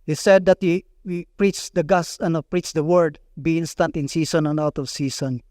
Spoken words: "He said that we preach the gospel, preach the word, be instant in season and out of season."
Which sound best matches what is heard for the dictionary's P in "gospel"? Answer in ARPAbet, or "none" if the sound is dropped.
none